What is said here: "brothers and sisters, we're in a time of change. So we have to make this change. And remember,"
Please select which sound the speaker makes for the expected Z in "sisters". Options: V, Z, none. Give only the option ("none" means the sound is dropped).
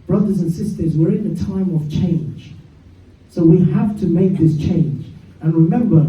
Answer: Z